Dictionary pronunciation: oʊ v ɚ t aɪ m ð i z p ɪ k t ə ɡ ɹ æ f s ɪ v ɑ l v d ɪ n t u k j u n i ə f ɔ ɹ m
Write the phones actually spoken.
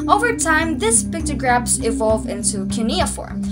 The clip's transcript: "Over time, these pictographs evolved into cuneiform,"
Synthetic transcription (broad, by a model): oʊ v ɚ t aɪ m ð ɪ s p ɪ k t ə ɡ ɹ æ p s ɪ v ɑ l v ɪ n t u k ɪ n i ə f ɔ ɹ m